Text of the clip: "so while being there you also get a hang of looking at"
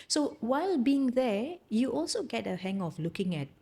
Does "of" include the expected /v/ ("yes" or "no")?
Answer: no